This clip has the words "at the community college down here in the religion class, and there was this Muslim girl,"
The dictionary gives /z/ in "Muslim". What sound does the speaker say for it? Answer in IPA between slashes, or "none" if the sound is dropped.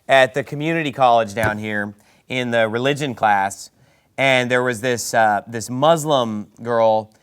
/z/